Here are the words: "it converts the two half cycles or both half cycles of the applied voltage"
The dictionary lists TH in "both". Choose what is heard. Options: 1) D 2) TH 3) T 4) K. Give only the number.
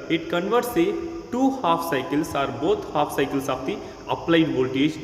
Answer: 3